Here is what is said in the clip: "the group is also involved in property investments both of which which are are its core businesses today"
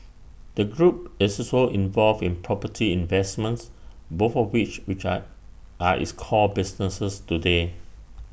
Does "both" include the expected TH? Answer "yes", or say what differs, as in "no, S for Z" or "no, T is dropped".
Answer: no, F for TH